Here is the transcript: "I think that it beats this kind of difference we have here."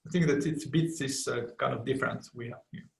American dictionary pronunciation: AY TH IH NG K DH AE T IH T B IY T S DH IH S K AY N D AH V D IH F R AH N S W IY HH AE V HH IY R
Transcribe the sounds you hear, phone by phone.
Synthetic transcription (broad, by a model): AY TH IH NG K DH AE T IH T B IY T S DH IH S K AY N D AH V D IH F R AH N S W IY HH AE V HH